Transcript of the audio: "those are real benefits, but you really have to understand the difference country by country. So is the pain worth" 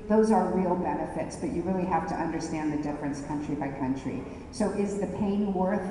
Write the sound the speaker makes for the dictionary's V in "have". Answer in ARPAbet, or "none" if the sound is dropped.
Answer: F